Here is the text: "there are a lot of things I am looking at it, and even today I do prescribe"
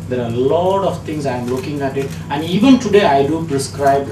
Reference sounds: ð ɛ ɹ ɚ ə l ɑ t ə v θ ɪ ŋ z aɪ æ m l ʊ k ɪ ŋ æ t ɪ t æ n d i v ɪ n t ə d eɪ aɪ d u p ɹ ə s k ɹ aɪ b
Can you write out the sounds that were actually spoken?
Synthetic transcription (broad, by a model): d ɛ ɹ ə l ɑ t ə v t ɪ ŋ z aɪ m l ʊ k ɪ ŋ æ t ɪ t æ n d i v ɪ n t ə d eɪ aɪ d u p ɹ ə s k ɹ aɪ b